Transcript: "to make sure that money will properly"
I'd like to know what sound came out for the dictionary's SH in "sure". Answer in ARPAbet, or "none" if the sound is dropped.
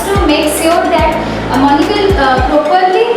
S